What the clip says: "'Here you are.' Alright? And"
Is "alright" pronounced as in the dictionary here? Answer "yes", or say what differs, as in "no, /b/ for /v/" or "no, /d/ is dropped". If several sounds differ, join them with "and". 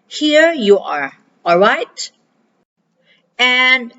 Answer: yes